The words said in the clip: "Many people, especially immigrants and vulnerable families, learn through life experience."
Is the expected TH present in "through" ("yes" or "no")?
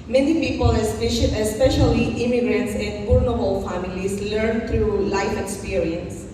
no